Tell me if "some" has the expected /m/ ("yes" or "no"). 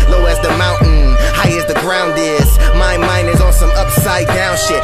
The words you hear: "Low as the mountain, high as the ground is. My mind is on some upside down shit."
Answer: no